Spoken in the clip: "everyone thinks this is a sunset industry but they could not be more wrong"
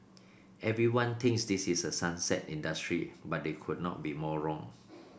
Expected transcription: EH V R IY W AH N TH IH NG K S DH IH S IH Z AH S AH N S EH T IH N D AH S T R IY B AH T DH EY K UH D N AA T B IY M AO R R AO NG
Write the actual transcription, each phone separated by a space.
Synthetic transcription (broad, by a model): EH V R IY W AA N T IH NG K S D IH S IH S AH S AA N S EH T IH N D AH S T R IY B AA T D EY K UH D N AA T B IY M AO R R AO NG